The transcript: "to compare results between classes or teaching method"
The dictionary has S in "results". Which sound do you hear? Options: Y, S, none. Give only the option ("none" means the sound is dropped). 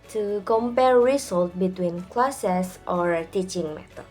none